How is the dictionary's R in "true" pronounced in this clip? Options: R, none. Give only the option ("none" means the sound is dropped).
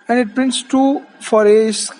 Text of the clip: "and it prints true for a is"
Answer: none